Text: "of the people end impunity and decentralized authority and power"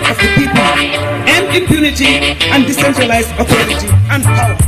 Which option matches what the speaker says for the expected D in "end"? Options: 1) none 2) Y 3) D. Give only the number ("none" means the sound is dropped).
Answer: 1